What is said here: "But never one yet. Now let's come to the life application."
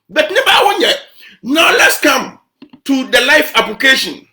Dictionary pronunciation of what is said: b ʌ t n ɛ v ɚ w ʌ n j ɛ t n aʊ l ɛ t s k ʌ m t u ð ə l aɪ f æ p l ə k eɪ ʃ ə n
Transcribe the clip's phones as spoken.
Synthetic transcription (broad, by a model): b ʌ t n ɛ b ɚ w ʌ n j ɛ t n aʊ l ɛ t s k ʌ m t u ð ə l aɪ f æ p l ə k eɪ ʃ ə n